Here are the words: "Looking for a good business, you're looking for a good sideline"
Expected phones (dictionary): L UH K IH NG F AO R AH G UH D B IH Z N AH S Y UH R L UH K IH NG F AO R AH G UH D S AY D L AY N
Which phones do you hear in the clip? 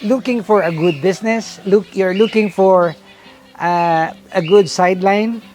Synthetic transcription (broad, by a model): L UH K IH NG F AO R AH G UH D B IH S N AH S Y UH R L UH K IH NG F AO R AH G UH D S AY D L AY N